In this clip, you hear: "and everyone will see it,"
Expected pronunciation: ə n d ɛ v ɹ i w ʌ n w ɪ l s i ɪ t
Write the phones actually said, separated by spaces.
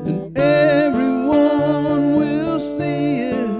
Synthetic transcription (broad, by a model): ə n ɛ v ɹ i w ʌ n w ɪ l s i ɪ t